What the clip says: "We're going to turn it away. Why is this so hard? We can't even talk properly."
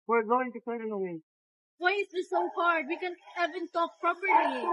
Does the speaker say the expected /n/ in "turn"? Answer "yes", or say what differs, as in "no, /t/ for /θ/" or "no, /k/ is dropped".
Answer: no, /n/ is dropped